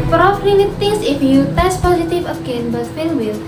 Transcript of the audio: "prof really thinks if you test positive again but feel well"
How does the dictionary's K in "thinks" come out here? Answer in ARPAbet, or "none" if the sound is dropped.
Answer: none